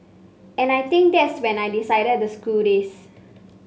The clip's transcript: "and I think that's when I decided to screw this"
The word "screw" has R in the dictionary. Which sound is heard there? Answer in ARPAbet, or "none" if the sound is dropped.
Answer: none